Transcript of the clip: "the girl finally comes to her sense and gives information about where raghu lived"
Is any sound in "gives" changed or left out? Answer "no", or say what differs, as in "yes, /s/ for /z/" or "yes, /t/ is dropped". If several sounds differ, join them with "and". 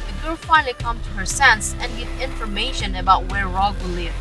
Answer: yes, /z/ is dropped